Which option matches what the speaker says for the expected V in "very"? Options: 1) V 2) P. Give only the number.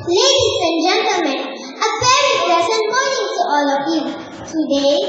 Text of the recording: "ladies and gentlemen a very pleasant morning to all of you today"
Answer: 2